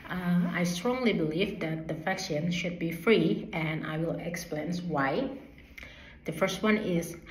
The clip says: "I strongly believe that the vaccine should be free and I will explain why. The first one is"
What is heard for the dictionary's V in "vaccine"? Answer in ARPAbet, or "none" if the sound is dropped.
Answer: F